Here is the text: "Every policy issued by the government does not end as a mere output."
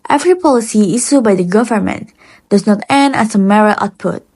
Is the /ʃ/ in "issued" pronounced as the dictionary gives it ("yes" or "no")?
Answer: no